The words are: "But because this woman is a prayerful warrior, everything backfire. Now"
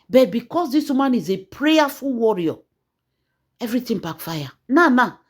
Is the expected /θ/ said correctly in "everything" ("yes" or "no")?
no